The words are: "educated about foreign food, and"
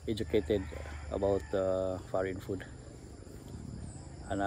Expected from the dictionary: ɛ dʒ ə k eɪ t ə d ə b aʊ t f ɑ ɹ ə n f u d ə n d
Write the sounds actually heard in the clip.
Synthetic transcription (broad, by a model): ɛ dʒ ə k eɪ t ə d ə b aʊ t f ɑ ɹ ə n f u d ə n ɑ